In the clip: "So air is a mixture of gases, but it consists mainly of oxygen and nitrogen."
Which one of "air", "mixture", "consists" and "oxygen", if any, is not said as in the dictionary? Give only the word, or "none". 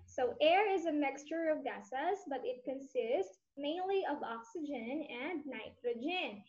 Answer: none